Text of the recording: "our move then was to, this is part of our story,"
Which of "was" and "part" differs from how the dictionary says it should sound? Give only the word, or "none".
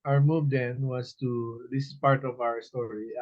was